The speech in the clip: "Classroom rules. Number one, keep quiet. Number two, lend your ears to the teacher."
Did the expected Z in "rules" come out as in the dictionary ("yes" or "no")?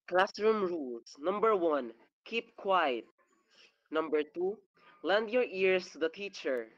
no